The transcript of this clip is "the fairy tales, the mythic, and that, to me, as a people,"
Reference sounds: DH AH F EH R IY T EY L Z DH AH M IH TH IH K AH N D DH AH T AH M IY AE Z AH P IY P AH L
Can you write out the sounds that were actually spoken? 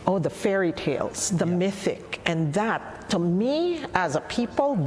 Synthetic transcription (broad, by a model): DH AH F EH R IY T EY L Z DH AH M IH TH IH K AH N DH AH T AH M IY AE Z AH P IY P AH L